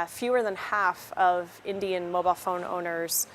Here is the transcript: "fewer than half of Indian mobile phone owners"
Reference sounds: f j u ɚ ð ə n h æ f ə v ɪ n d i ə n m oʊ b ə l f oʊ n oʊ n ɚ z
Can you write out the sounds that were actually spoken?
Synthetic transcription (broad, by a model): f j u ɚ ð ə n h æ f ə v ɪ n d i ə n m oʊ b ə l f oʊ n oʊ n ɚ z